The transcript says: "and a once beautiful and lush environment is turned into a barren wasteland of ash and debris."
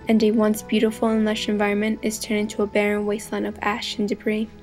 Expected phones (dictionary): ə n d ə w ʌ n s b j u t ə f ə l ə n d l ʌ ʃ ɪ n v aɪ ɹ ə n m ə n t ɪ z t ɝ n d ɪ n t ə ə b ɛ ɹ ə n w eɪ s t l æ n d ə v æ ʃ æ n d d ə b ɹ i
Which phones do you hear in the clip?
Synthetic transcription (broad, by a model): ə n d ə w ʌ n s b j u t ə f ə l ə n l ʌ ʃ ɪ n v aɪ ɹ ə n m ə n t ɪ z t ɝ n ɪ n t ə ə b ɛ ɹ ə n w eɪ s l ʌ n ə v æ ʃ n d d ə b ɹ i